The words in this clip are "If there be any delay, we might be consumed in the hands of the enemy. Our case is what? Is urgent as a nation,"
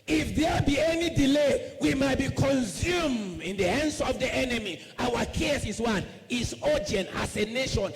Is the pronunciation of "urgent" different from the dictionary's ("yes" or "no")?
yes